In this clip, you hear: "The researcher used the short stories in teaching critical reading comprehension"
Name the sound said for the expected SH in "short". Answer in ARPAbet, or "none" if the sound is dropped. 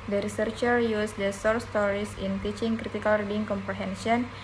S